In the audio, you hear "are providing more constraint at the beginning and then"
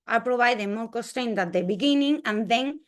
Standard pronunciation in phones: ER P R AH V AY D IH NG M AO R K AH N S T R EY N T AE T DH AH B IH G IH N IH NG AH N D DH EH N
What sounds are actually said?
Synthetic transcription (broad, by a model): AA P R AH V AY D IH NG M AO L K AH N S T R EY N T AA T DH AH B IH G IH N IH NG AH N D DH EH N